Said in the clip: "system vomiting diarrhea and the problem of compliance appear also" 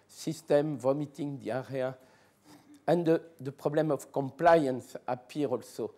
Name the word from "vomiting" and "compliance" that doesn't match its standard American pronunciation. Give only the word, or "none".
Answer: none